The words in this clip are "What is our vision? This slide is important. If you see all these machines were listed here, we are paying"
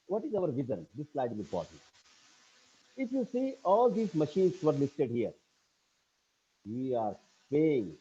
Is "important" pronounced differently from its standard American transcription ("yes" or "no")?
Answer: yes